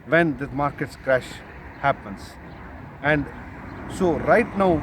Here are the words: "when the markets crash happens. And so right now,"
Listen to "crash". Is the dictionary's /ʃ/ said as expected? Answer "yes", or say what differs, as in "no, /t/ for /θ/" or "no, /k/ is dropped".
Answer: yes